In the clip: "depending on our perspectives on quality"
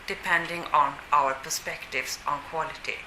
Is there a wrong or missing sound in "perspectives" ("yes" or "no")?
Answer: yes